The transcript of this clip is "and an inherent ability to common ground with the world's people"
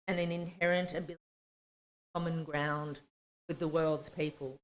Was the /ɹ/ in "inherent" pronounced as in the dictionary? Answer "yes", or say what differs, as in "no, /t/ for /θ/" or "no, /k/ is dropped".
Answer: yes